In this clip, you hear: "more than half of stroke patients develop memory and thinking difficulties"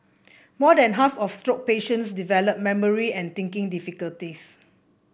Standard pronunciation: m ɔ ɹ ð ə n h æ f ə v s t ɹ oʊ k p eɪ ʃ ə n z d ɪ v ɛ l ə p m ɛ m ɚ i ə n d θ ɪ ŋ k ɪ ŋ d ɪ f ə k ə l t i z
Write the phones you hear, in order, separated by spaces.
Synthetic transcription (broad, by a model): m ɔ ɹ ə n h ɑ f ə f s t ɹ oʊ k p eɪ ʃ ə n s d ɪ v ɛ l ə p m ɛ m ɚ i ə n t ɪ ŋ k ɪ ŋ d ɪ f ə k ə l t i s